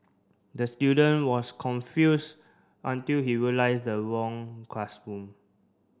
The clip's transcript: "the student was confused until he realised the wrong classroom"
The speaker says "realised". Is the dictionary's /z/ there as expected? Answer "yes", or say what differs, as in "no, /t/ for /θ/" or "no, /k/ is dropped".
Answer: no, /s/ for /z/